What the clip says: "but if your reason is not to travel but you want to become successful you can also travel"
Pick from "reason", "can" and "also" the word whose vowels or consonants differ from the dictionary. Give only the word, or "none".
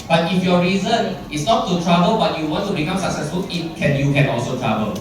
none